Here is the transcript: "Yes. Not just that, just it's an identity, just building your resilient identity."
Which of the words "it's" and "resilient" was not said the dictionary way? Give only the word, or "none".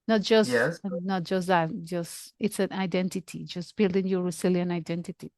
resilient